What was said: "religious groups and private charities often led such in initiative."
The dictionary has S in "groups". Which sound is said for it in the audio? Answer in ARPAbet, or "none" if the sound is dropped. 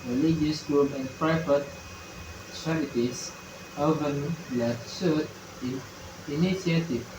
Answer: none